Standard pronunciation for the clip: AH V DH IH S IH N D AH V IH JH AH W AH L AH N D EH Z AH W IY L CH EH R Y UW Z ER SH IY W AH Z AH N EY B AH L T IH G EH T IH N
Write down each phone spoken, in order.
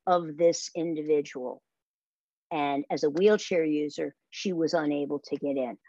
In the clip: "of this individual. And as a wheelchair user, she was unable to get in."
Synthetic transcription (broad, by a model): AH V DH IH S IH N D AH V IH JH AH W L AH N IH Z AH W IY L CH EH R Y UW Z ER SH IY W AH Z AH N EY B L T IH G EH T IH N